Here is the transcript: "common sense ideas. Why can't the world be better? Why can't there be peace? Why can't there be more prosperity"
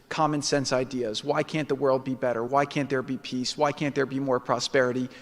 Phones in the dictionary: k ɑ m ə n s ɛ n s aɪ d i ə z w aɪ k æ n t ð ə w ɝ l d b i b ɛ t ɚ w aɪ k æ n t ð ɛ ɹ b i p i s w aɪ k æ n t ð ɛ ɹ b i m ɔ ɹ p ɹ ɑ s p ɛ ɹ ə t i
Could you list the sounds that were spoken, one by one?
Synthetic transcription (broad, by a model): k ɑ m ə n s ɛ n s aɪ d i ə z w aɪ k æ n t ð ə w ɝ l d b i b ɛ t ɚ w aɪ k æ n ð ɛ ɹ b i p i s w aɪ k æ n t ð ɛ ɹ b i m ɔ ɹ p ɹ ɑ s p ɛ ɹ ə t i